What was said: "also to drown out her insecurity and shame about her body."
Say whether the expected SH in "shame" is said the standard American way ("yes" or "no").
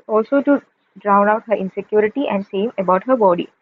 no